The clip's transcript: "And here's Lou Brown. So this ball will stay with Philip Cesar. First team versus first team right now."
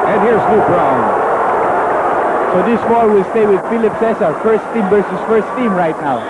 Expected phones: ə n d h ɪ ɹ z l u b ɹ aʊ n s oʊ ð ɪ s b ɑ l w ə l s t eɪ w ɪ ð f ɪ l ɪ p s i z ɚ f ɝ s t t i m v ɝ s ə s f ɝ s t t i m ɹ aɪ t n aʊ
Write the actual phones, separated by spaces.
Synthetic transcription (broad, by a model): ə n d h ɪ ɹ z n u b l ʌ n s oʊ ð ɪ s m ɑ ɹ w ə l s t eɪ w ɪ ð f ɪ l ɪ p s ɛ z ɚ f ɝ s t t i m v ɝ s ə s f ɝ s t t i m ɹ aɪ t n aʊ